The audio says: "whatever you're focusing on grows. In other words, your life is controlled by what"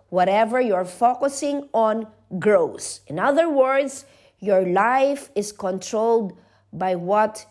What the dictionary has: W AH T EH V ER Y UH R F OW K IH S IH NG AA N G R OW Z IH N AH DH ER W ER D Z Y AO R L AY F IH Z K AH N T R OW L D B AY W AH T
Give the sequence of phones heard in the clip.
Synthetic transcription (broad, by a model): W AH T EH V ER Y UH R F OW K IH S IH NG AA N G R OW S IH N AH DH ER W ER D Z Y AO R L AY F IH S K AH N T R OW L D B AY W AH T